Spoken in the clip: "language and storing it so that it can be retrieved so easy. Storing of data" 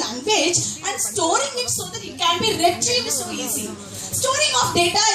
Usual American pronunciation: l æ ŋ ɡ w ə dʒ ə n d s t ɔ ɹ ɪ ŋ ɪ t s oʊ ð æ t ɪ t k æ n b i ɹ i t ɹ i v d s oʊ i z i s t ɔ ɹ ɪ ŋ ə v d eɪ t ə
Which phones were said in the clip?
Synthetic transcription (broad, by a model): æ ŋ ɡ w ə dʒ ə n d s t ɔ ɹ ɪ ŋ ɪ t s oʊ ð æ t ɪ t k æ n b i ɹ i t l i d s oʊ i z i s t ɔ ɹ ɪ ŋ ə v d eɪ t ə